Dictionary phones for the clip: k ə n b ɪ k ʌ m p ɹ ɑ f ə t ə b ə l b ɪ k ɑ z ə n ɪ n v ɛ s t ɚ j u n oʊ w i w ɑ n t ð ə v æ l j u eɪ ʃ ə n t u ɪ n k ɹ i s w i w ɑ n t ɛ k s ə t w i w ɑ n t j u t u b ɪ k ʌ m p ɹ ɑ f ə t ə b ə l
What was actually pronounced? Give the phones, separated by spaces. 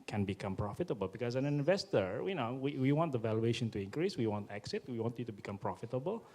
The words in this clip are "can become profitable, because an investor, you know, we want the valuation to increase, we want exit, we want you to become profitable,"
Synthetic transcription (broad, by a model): k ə n b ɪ k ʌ m p ɹ ɑ f ə t ə b ə l b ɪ k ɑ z ə n ɪ n v ɛ s t ɚ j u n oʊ w i w ɑ n t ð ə v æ l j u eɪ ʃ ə n t u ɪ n k ɹ i s w i w ɑ n t ɛ k s ə t w i w ɑ n t j u t u b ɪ k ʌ m p ɹ ɑ f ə t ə b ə l